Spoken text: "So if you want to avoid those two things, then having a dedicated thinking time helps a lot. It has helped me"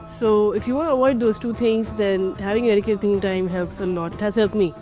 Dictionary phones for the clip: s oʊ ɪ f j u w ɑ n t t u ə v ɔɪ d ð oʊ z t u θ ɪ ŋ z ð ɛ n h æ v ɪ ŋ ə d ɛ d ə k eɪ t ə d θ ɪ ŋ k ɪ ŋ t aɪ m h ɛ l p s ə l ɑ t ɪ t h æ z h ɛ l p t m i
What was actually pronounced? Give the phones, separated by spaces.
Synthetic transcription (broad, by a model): s oʊ ɪ f j u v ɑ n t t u ə v ɔɪ d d oʊ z t u t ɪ ŋ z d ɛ n h æ v ɪ ŋ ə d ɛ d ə k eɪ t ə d t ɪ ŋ ɪ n t aɪ m h ɛ l p s ə l ɑ t ɪ t h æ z h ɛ l p m i